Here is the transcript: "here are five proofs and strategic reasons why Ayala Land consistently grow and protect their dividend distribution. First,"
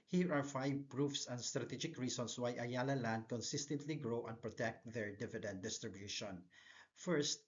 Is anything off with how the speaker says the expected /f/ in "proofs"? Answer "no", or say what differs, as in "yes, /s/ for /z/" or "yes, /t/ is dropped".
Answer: no